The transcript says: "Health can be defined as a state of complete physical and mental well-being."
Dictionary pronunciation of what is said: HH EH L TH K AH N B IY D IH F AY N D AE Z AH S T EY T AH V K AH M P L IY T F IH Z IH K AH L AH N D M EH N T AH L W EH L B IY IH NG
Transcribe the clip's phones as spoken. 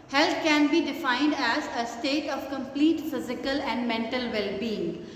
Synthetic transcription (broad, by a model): HH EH L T K AH N B IY D IH F AY N D AE Z AH S T EY T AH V K AH M P L IY T F IH Z IH K AH L AH N D M EH N T AH L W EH L B IY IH NG